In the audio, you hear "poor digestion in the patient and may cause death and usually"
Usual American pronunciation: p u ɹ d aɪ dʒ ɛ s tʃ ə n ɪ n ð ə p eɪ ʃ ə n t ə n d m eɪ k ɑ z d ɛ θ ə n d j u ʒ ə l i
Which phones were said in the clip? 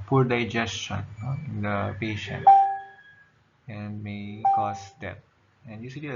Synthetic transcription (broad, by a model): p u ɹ d aɪ dʒ ɛ s tʃ ə n ɪ n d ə p eɪ ʃ ə n t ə n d m eɪ k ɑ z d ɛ t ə n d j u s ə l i